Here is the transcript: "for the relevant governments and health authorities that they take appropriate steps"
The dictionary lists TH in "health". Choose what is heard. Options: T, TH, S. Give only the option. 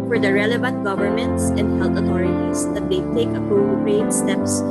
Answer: T